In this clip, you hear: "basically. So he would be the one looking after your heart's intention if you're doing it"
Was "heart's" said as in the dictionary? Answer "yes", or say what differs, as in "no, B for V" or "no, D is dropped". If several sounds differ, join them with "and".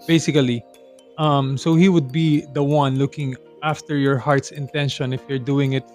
yes